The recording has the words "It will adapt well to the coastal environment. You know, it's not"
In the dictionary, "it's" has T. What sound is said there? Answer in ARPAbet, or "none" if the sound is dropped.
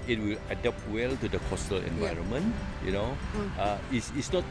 S